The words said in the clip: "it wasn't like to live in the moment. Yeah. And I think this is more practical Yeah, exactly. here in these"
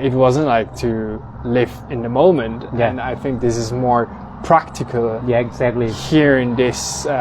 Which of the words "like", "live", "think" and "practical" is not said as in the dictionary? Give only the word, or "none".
none